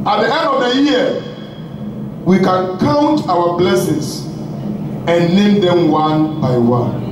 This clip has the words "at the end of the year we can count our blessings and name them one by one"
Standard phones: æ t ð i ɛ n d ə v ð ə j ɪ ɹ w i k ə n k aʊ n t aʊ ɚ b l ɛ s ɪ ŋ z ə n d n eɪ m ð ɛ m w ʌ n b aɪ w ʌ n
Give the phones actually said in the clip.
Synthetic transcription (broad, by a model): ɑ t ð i ɛ n d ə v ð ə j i w i k ə n k aʊ n t aʊ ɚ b l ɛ s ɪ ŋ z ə n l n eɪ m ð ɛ m w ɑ n b aɪ w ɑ n